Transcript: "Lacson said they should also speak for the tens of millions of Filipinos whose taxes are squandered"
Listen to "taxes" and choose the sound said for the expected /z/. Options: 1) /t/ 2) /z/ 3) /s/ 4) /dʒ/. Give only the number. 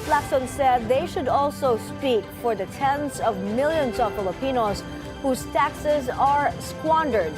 2